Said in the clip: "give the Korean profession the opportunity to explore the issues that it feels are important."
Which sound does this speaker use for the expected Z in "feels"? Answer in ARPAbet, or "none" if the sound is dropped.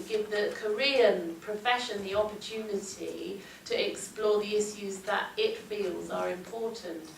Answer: Z